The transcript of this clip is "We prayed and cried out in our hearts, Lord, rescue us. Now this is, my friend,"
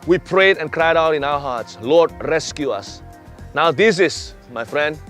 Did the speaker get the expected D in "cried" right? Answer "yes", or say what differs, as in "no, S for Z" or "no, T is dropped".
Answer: yes